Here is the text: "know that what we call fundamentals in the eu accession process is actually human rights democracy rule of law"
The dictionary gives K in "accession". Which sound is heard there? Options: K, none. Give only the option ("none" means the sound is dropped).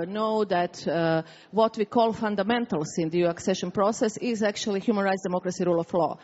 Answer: K